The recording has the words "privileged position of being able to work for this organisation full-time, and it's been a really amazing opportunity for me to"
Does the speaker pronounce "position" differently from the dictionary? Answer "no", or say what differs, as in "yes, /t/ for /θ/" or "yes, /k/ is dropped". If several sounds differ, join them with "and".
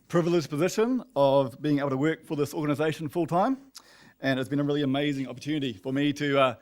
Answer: no